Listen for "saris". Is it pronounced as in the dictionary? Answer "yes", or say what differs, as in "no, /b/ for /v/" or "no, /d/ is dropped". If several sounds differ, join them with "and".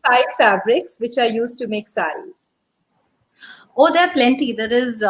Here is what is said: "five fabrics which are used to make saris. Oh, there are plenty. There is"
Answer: no, /ɹ/ is dropped